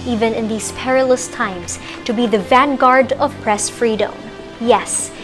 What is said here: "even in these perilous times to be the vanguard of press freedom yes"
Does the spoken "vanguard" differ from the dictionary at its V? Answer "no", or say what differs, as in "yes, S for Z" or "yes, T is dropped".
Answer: no